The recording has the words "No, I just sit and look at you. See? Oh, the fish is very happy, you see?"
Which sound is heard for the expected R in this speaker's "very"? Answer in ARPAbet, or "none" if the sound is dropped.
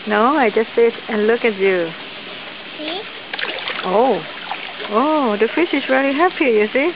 L